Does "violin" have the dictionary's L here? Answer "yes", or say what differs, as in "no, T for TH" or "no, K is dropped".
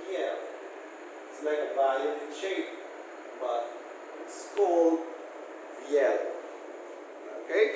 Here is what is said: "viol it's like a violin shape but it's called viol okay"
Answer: no, L is dropped